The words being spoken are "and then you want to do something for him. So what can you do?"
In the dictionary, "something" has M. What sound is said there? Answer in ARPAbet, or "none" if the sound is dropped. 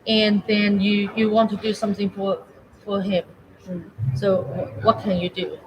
M